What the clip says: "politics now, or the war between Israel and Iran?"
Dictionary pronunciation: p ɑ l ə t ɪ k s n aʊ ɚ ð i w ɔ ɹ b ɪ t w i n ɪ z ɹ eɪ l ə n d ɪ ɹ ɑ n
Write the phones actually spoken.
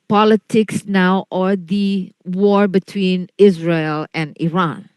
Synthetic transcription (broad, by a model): p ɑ l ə t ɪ k s n aʊ ɚ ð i w ɔ ɹ b ɪ t w i n ɪ z ɹ eɪ l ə n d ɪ ɹ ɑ n